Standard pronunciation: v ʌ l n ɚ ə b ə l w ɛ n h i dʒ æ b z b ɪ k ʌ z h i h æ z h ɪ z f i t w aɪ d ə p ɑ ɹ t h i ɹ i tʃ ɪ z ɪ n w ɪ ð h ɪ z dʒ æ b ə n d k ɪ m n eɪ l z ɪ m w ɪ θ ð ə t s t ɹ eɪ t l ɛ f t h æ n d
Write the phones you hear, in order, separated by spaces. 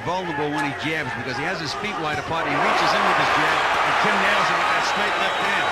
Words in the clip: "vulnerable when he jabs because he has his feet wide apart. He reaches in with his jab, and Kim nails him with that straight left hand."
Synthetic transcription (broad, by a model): v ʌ l n ɚ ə b l w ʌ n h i dʒ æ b z b ɪ k ʌ z i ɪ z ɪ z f i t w aɪ d ə p ɑ ɹ t h i ɹ i tʃ ɪ z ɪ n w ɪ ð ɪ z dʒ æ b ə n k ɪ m n eɪ l z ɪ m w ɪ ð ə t s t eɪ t l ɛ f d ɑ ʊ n